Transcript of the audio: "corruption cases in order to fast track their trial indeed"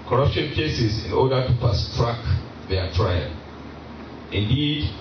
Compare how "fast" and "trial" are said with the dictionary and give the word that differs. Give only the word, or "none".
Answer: fast